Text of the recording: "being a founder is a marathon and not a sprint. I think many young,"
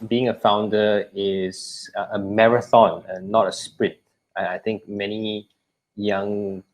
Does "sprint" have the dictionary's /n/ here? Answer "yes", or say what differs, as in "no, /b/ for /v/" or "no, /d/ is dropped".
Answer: no, /n/ is dropped